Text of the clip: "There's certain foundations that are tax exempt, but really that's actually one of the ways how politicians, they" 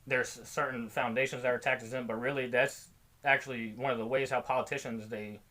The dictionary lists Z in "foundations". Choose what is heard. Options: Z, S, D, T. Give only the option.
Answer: Z